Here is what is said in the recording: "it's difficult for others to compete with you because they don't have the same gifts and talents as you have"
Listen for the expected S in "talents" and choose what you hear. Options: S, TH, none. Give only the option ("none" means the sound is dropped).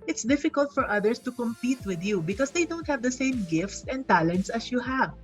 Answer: S